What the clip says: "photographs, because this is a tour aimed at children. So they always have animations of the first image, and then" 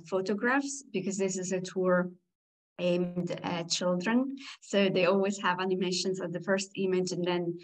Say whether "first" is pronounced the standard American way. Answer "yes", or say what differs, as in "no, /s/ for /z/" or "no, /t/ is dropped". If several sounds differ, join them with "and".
yes